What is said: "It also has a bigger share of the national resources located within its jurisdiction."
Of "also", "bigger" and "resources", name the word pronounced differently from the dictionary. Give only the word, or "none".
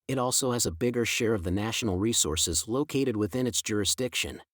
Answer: none